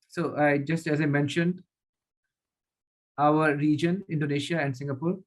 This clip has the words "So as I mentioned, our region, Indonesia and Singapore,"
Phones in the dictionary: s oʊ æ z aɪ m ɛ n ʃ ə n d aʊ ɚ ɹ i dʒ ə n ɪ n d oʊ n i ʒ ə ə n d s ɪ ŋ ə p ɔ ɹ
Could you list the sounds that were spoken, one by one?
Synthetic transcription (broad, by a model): s oʊ æ z aɪ m ɛ n ʃ ə n d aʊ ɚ ɹ i dʒ ə n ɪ n d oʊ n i ʃ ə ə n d s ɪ ŋ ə p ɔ ɹ